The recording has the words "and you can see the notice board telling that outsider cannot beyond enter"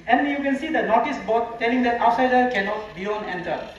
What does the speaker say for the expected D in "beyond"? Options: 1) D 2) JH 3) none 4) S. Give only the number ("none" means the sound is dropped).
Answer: 3